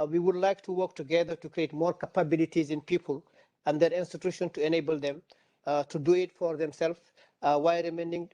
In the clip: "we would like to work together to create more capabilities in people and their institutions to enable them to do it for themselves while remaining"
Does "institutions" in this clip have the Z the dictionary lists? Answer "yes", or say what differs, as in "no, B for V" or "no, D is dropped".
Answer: no, Z is dropped